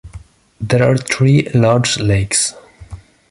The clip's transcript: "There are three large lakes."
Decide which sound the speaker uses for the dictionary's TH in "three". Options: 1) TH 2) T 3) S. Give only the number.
2